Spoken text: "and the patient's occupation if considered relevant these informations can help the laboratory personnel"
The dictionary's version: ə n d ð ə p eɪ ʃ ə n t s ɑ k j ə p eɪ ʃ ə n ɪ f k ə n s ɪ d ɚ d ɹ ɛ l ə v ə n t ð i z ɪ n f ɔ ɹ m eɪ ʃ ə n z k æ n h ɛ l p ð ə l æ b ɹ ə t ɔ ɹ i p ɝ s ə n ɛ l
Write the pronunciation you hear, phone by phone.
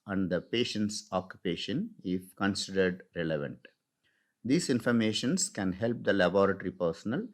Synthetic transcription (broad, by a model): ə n d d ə p eɪ ʃ ə n t s ɑ k j ə p eɪ ʃ ə n ɪ f k ə n s ɪ d ɚ d ɹ ɛ l ə v ə n t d i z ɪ n f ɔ ɹ m eɪ ʃ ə n s k æ n h ɛ l p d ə l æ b ɹ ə t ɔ ɹ i p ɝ s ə n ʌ l